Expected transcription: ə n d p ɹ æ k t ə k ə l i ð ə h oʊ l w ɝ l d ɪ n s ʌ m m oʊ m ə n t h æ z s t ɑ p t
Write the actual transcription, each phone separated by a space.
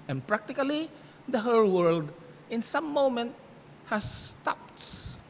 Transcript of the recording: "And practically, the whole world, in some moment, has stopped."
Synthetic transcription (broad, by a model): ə n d p ɹ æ k t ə k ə l i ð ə h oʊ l w ɝ l d ɪ n s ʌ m m oʊ m ə n t h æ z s t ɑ p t